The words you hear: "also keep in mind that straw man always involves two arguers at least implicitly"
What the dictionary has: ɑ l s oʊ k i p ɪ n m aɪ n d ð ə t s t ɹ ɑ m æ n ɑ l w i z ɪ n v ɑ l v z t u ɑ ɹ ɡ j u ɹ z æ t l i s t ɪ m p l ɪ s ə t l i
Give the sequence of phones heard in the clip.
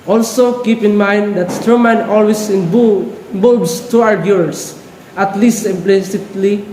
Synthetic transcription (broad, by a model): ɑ l s oʊ k i p ɪ n m aɪ n d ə t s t ɑ m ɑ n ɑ l w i s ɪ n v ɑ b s t u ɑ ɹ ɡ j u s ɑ t l i s t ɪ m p l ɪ s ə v l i